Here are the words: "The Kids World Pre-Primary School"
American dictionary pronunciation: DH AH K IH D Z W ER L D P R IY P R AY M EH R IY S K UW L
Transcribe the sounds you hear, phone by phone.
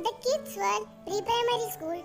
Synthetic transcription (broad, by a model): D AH K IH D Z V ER D P R IY P R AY M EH R IY S K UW L